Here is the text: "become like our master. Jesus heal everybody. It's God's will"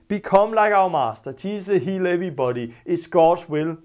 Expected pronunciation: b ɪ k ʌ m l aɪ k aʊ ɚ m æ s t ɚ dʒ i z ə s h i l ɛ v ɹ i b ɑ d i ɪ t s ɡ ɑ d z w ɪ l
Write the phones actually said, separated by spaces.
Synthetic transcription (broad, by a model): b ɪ k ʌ m l aɪ k aʊ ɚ m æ s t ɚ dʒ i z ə h i l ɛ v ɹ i b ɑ d i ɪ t s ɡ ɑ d w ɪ l